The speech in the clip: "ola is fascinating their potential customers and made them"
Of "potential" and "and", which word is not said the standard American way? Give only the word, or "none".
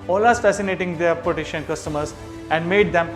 potential